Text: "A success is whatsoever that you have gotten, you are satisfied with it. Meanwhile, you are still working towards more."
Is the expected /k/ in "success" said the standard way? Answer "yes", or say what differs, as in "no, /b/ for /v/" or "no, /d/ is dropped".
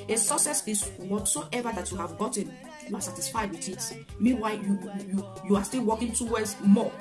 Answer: no, /k/ is dropped